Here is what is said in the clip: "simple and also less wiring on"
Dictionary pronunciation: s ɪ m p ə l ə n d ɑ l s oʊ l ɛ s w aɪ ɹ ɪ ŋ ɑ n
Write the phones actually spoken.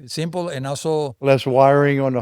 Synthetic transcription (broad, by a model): s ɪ m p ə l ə n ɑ s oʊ l ɛ s w aɪ ɹ ɪ ŋ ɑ n